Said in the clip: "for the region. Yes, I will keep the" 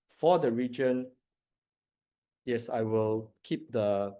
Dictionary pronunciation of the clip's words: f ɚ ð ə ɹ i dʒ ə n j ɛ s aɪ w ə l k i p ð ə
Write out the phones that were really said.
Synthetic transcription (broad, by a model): f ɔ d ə ɹ i dʒ ə n j ɛ s aɪ w ə l k i p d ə